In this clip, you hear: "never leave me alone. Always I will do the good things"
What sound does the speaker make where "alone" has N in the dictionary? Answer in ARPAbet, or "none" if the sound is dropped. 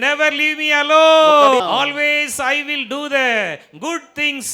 none